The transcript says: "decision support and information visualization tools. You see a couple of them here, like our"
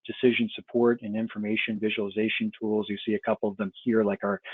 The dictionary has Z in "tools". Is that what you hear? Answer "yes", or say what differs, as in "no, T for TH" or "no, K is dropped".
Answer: yes